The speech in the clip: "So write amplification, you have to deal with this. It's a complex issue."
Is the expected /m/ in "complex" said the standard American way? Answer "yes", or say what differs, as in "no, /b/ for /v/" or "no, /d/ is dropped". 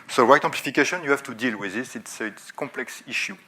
no, /m/ is dropped